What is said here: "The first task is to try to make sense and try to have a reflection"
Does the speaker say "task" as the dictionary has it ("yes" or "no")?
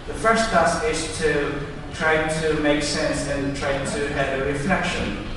no